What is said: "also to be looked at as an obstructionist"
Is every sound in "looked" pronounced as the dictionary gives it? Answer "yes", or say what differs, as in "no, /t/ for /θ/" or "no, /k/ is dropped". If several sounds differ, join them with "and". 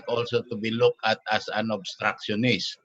no, /t/ is dropped